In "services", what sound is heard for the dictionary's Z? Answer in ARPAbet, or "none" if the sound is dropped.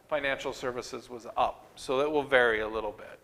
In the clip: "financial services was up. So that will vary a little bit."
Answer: Z